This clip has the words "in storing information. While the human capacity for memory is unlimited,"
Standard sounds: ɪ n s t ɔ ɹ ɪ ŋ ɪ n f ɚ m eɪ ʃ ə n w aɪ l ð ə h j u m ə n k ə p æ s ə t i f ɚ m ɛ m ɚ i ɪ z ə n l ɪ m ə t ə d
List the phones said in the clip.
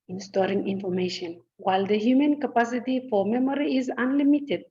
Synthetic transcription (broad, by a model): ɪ n s t ɔ ɹ ɪ ŋ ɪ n f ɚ m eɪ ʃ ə n w aɪ l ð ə h j u m ə n k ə p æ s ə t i f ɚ m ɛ m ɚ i ɪ z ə n l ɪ m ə t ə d